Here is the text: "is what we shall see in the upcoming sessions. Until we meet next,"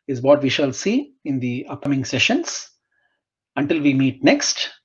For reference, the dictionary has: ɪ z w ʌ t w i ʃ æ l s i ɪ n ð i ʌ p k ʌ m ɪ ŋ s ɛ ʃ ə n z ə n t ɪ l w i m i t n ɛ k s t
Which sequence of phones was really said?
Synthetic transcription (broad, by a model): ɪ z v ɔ t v i ʃ æ l s i ɪ n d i ʌ p k ʌ m ɪ ŋ s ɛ ʃ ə n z ə n t ɪ l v i m i t n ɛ k s t